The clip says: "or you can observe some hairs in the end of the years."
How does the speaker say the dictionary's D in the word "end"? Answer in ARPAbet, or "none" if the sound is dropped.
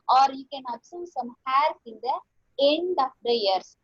D